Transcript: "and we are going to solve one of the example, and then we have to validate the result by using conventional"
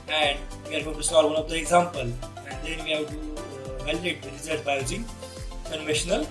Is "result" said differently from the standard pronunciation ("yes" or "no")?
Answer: yes